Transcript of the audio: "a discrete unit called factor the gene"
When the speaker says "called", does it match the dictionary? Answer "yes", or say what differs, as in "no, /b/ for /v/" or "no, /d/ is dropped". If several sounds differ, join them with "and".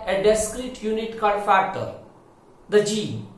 no, /l/ is dropped